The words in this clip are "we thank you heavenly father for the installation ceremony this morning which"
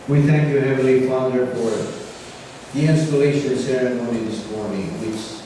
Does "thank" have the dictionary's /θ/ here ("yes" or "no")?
yes